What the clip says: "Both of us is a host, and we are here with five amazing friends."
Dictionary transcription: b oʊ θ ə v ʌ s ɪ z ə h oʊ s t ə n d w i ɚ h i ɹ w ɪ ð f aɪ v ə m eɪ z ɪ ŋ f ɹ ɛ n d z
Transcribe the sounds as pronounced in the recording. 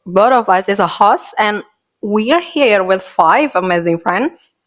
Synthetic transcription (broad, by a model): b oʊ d ə v ʌ s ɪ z ə h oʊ s ə n w i ɚ h i ɹ w ɪ ð f aɪ v ə m eɪ z ɪ ŋ f ɹ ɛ n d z